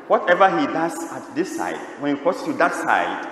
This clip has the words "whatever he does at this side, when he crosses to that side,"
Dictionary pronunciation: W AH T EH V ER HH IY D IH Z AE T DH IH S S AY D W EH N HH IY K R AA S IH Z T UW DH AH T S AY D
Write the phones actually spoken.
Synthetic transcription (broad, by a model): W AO T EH V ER HH IY D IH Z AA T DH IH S S AY D W EH N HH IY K AA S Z T UW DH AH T S AY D